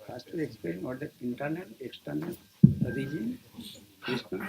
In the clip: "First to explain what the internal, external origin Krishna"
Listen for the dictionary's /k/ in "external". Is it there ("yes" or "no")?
yes